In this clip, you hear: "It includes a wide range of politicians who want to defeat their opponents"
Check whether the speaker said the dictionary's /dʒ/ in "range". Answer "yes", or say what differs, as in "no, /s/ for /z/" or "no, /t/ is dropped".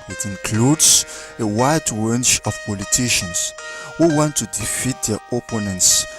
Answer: no, /tʃ/ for /dʒ/